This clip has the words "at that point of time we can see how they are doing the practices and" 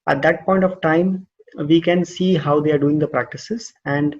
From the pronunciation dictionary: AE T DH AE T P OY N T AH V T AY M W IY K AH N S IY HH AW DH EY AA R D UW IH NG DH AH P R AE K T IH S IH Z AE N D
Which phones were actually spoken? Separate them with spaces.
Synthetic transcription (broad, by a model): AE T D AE T P OY N T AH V T AY M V IY K AH N S IY HH AW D EY AA R D UW IH NG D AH P R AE K T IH S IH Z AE N D